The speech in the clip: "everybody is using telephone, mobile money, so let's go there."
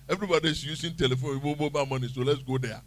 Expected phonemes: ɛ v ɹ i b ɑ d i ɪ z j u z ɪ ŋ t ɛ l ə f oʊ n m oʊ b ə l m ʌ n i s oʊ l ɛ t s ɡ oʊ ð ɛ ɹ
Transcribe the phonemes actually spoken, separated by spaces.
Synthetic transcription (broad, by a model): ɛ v ɹ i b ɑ d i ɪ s j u s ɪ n t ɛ l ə f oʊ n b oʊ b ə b m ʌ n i s oʊ l ɛ t s ɡ oʊ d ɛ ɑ